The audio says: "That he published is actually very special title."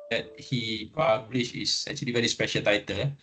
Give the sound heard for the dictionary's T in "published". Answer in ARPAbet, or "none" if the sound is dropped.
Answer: none